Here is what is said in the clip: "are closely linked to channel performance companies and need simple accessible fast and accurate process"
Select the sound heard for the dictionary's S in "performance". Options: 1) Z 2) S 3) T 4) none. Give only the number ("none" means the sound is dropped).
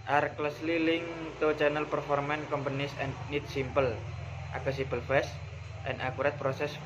4